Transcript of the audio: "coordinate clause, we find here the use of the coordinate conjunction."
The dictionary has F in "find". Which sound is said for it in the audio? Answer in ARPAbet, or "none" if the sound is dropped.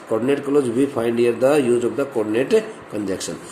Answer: P